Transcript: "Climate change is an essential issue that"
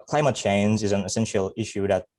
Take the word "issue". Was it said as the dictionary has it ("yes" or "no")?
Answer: yes